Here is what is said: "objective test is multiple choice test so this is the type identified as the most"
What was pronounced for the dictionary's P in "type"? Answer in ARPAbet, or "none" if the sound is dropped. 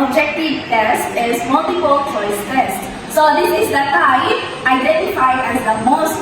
none